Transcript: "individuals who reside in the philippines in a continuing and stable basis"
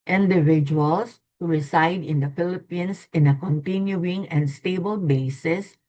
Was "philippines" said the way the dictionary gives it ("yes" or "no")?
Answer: no